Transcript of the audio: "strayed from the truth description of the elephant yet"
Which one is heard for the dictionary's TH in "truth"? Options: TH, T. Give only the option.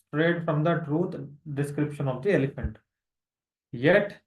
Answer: T